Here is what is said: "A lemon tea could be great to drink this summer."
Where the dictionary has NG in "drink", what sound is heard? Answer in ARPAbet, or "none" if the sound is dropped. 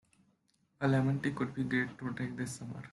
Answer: none